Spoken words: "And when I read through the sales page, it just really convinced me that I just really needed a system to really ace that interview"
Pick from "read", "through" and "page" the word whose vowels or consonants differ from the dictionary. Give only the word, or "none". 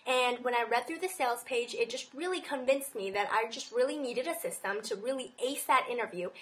none